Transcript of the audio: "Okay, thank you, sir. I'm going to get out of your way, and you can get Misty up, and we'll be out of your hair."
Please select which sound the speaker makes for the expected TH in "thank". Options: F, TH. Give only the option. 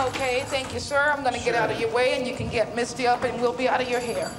TH